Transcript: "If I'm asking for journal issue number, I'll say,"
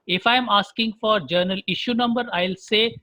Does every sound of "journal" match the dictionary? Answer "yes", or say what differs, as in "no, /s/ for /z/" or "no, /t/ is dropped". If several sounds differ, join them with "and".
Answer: yes